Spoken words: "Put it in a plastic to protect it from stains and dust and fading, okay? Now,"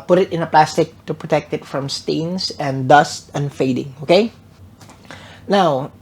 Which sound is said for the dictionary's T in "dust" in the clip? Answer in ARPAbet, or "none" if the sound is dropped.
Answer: T